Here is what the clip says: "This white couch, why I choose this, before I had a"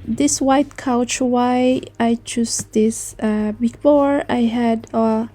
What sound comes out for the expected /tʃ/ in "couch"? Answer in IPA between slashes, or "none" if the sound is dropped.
/tʃ/